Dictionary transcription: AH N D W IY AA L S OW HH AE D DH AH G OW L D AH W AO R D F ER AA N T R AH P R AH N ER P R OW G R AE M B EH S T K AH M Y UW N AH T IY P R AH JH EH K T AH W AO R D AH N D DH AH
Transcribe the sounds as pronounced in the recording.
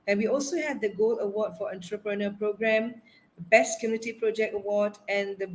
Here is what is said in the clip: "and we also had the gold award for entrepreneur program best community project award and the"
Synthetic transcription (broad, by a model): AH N W IY AA L S OW HH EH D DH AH G OW L AH W AO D F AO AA N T R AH P R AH N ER P R OW G R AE M B EH S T K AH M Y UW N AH T IY P R AH JH EH K T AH W AO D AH N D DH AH